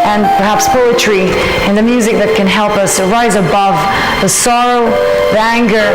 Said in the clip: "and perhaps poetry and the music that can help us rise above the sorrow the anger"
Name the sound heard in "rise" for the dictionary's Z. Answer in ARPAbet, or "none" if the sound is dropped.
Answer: Z